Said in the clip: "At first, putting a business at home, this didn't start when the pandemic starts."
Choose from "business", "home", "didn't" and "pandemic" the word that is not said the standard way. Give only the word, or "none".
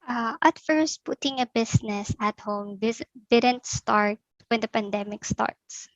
business